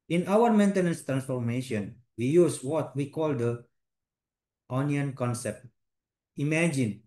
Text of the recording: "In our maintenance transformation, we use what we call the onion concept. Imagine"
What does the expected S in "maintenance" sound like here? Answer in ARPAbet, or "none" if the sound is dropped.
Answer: S